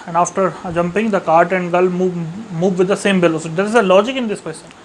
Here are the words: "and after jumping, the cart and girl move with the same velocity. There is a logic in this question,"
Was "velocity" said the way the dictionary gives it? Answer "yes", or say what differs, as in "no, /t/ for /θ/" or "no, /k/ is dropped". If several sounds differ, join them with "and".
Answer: no, /b/ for /v/